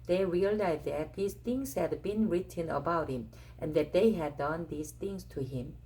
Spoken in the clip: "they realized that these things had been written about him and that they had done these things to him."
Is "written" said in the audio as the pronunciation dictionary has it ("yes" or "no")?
yes